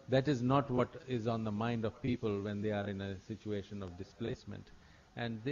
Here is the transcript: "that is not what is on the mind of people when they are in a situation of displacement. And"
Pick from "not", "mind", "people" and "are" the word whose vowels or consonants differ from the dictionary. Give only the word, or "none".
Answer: none